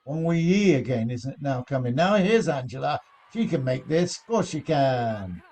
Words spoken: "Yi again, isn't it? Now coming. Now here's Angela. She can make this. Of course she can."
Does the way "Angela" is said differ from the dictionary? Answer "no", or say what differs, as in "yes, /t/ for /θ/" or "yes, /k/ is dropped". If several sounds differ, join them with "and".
no